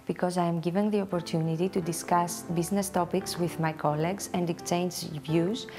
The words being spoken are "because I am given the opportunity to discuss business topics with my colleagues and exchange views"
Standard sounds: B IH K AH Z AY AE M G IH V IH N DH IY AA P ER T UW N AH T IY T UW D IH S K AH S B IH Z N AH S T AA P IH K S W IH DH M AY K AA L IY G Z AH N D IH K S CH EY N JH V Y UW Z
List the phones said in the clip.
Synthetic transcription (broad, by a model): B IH K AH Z AY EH M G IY V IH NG DH IY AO P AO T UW N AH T IY T UW D IH S K AH S B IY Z N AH S T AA P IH K S W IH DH M AY K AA L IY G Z AH N D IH K CH EY N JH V Y UW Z